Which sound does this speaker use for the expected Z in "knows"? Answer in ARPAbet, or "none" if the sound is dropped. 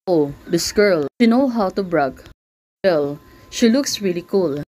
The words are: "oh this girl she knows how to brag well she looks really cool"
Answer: none